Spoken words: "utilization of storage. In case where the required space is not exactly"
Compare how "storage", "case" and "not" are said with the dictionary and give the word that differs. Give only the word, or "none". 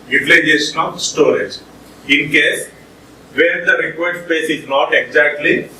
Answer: none